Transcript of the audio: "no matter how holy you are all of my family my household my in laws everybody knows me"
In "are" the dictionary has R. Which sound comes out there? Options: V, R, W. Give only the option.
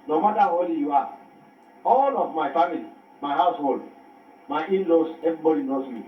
W